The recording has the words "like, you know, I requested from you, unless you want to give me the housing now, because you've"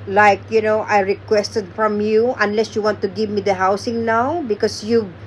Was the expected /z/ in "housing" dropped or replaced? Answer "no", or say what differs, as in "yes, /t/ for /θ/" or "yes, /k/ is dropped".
yes, /s/ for /z/